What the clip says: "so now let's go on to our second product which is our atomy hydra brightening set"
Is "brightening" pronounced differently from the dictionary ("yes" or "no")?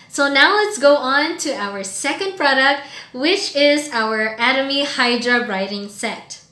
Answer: yes